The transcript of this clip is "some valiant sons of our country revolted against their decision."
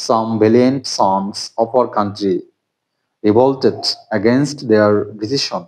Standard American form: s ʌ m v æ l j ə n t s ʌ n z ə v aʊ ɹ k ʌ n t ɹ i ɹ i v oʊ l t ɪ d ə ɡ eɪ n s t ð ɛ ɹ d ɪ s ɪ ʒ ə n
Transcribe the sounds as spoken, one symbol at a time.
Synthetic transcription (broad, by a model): s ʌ m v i l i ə n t s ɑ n s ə p aʊ ɹ k ʌ n t ɹ i ɹ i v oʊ l t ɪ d ə ɡ eɪ n s t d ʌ ɹ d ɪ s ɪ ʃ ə n